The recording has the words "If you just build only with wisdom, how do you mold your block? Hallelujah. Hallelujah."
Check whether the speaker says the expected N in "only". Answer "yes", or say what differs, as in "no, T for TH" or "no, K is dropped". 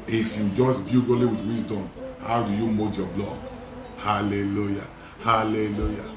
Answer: no, N is dropped